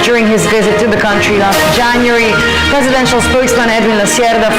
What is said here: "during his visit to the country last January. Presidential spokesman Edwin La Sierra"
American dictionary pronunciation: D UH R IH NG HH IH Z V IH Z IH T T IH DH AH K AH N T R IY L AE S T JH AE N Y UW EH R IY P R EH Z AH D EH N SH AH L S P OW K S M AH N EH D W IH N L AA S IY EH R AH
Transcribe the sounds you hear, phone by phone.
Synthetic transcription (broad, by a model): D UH R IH NG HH IH Z V IH Z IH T T IH DH AH K AH N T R IY L AE S T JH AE N Y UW R IY P R EH Z AH D EH N SH AH L S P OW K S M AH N EH D W IH N L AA S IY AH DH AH